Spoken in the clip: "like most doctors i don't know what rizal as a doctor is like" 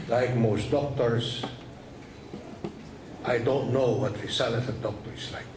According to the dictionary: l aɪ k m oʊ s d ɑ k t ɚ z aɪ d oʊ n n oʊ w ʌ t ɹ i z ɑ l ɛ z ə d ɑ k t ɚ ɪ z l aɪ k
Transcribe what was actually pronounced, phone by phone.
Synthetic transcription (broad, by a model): l aɪ k m oʊ s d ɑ k t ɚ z aɪ d oʊ n n oʊ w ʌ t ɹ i s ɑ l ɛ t ə d ɑ k t ɚ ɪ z l aɪ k